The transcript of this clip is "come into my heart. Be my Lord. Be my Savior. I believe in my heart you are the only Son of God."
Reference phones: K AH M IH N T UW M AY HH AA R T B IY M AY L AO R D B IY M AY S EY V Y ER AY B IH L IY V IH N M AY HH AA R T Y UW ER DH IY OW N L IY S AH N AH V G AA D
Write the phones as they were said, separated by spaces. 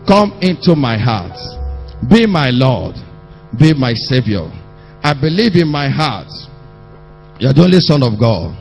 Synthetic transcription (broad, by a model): K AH M IH N T UW M AY HH AA T B IY M AY L AO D B IY M AY S EY V Y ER AY B IH L IY V IH N M AY HH AA T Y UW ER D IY OW N L IY S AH N AH V G AA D